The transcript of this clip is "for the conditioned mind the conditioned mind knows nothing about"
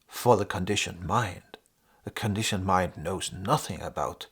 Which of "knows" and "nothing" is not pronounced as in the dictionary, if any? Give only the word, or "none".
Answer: none